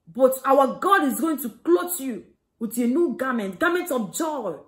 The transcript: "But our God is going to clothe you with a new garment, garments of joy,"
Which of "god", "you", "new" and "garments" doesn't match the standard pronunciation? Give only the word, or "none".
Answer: garments